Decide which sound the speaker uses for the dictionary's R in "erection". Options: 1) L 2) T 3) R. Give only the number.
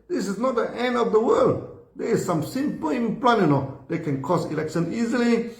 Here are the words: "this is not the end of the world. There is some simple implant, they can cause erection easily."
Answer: 1